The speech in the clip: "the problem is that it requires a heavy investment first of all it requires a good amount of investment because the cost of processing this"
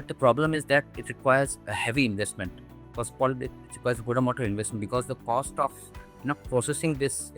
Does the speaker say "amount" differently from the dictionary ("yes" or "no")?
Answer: yes